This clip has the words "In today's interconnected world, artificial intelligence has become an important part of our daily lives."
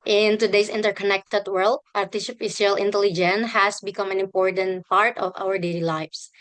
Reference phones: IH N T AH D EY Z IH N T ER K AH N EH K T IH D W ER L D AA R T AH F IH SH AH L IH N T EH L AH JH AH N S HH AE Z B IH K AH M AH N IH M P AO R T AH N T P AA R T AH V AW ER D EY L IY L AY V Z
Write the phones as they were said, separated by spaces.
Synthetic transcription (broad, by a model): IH N T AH D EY S IH N T ER K AH N EH K T IH D W ER L D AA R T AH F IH S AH L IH N T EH L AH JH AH N HH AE S B IH K AH M AH N IH M P AO R T AH N T P AA R T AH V AW ER D EY L IY L AY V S